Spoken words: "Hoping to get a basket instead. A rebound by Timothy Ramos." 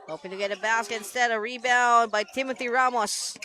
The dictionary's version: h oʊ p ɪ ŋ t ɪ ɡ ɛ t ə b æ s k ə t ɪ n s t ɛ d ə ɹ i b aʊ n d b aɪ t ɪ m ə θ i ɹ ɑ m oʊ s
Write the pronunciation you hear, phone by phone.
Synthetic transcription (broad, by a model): h oʊ p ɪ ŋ t ɪ ɡ ɛ t ə b æ s k ə t ɪ n s t ɛ d ə ɹ i b aʊ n b aɪ t ɪ m ə θ i ɹ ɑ m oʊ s